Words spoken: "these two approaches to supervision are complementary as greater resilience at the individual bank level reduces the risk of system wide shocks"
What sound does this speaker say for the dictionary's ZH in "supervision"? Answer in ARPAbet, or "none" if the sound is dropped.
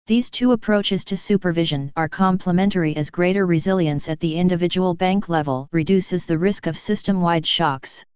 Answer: ZH